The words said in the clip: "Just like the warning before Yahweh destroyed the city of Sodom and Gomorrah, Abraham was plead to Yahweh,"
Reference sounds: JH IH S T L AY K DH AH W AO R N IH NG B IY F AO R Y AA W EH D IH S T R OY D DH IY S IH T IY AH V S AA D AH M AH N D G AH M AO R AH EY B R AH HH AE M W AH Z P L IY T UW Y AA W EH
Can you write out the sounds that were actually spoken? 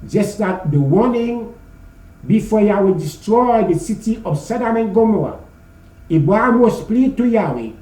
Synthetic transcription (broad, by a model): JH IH S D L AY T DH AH W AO N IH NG B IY F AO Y AA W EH D IH S T R OY D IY S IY T IY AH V S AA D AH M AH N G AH M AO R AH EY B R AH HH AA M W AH S P L IY T UW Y AA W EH